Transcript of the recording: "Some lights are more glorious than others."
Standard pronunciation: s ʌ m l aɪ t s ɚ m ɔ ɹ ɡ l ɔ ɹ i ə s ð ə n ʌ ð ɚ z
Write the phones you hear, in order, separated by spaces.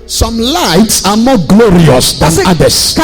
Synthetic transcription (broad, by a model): s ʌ m l aɪ t s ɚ m ɔ ɡ l ɔ ɹ i ə s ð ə n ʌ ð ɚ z